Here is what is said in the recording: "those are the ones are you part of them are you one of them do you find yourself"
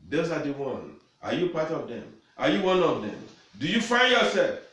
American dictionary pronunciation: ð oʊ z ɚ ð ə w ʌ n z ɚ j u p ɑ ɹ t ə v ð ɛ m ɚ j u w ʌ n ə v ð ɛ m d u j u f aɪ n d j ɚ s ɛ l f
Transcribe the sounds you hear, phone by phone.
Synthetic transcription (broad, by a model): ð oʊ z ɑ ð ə w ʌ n ɑ j u p ɑ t ə v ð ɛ m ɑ j u w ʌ n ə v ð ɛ m d u j u f aɪ n d j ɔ s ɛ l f